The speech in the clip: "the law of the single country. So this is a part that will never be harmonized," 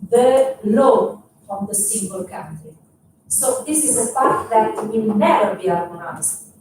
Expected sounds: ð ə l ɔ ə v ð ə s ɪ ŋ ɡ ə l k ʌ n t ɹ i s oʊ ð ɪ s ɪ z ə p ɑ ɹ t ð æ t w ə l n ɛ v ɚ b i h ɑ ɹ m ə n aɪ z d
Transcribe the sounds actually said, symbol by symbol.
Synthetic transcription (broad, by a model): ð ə l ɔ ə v ð ə s ɪ ŋ ɡ ə l k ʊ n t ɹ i s oʊ ð ɪ s ɪ z ə f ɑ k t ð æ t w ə n ɛ v ɚ b i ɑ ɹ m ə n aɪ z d